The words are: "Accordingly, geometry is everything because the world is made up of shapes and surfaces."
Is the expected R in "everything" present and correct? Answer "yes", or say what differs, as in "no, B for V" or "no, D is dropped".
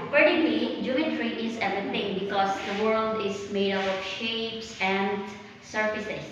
no, R is dropped